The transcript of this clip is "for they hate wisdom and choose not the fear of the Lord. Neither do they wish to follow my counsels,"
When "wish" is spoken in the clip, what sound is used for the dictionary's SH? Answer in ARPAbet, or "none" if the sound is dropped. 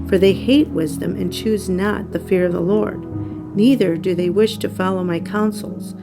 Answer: SH